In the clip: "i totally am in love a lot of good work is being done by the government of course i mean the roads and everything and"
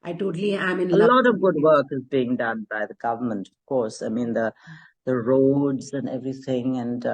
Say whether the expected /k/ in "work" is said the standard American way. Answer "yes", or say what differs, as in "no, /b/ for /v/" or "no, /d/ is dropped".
yes